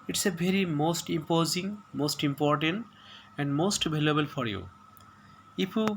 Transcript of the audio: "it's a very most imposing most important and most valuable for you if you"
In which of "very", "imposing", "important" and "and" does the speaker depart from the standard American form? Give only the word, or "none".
none